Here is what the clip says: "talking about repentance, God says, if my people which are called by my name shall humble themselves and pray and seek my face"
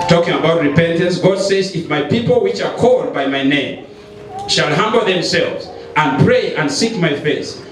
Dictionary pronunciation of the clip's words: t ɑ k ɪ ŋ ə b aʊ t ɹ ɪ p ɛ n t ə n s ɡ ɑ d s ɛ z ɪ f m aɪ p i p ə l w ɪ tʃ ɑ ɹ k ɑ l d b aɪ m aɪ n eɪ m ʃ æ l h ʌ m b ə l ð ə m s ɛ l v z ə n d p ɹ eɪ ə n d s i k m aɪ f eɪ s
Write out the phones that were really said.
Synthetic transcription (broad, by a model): t ɑ k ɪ ŋ ə b aʊ t ɹ ɪ p ɛ n t ə n s ɡ ɑ d s ɛ z ɪ f m aɪ p i p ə l w ɪ tʃ ɑ ɹ k ɑ l d b aɪ m aɪ n eɪ m ʃ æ l h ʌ m b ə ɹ ð ə m s ɛ l v z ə n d p ɹ eɪ ə n d s i k m aɪ f eɪ s